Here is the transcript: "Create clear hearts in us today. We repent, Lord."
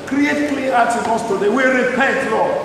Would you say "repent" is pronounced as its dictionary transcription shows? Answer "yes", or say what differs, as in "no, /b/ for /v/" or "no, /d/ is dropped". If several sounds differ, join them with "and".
no, /n/ is dropped